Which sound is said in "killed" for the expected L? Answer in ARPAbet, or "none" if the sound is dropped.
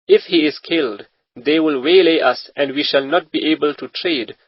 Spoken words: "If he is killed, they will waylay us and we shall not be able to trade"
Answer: L